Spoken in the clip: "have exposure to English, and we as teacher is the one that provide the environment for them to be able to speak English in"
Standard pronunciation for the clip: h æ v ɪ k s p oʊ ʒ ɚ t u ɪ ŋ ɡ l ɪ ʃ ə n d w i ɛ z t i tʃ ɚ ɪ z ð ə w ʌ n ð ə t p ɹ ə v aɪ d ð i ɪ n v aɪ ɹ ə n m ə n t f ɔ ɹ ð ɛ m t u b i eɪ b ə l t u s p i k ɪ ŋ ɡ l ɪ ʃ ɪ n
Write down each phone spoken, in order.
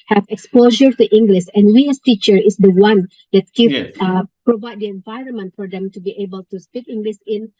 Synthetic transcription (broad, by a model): h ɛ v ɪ k s p oʊ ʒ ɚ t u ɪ ŋ ɡ l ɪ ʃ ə n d w i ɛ s t i tʃ ɚ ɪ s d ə w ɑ n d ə t p ɹ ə v aɪ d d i ɪ n v aɪ ɹ ə n m ə n t f ɔ ɹ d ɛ m t u b i eɪ b ə l t u s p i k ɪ ŋ ɡ l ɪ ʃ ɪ n